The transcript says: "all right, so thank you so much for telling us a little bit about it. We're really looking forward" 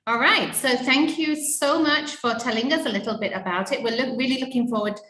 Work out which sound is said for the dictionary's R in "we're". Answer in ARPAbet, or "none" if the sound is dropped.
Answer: L